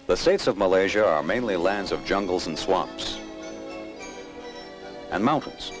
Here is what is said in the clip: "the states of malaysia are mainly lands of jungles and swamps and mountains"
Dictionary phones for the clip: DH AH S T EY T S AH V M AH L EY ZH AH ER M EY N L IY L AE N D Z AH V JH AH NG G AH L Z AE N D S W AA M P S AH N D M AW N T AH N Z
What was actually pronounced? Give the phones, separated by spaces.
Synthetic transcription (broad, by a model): DH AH S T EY T S AH V M AH L EY ZH AH ER M EY N L IY L AE N D Z AH V JH AH NG G L Z N S W AA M P S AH N M AW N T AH N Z